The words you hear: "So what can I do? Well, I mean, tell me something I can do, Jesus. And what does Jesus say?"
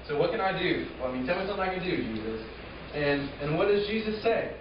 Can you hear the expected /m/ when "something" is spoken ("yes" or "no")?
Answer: no